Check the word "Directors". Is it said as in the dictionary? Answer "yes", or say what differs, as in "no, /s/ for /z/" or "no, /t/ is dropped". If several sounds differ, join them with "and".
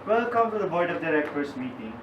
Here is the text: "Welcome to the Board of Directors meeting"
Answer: no, /s/ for /t/ and /s/ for /z/